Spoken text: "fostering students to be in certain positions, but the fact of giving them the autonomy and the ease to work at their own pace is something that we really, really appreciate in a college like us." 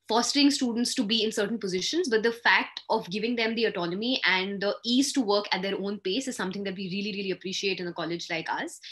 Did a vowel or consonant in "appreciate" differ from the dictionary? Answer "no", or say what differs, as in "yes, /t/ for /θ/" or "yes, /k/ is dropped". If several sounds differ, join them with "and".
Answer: no